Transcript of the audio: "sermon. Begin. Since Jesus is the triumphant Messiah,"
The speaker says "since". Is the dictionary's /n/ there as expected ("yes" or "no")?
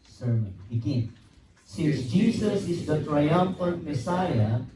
no